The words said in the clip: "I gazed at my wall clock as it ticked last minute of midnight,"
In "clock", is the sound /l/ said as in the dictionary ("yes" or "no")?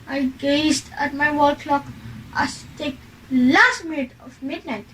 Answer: yes